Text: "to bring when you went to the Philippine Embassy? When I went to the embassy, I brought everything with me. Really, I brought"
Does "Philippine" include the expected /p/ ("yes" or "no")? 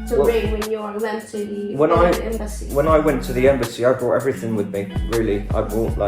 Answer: no